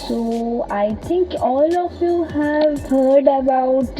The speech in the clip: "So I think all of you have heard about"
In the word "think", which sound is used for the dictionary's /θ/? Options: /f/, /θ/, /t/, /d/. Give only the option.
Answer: /t/